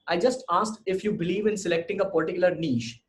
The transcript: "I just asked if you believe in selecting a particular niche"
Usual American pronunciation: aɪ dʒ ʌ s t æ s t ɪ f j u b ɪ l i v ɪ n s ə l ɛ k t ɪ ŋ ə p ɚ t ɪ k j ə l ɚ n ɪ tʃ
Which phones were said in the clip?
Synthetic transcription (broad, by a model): aɪ dʒ ʌ s t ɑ s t ɪ f j u b ɪ l i v ɪ n s ə l ɛ k t ɪ ŋ ə p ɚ t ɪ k j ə l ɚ n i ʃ